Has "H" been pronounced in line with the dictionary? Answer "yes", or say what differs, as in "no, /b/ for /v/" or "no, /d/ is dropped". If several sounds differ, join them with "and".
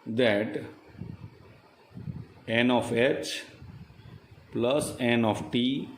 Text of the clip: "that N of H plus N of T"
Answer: yes